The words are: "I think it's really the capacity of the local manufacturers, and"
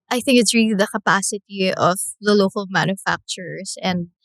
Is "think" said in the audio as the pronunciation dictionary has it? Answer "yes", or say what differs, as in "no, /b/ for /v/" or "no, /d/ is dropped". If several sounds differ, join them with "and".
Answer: yes